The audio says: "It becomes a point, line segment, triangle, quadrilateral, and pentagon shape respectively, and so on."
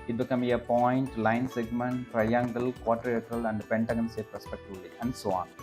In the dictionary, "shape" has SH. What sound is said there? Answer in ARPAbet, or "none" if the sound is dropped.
S